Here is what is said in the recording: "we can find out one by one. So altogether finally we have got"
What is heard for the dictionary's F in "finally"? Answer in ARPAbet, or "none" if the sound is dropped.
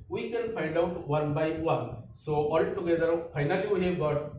P